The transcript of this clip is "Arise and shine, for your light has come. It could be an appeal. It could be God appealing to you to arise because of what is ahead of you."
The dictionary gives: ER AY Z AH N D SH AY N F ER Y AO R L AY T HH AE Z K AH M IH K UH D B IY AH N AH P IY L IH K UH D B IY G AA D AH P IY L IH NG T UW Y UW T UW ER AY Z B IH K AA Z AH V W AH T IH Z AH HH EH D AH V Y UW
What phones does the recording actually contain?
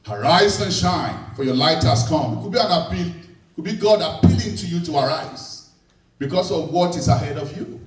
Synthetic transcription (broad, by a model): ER AY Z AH N SH AY N F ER Y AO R L AY T HH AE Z K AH M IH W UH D B IY AH N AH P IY W IH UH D B IY G AA D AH P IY L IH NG T UW Y UW T UW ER AY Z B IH K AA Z AH V W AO T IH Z AH HH EH D AH V Y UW